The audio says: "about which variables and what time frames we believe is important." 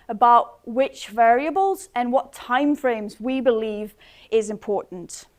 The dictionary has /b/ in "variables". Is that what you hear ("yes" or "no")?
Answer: yes